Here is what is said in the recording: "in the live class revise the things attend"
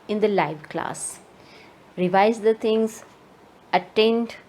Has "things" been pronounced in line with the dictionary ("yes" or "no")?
no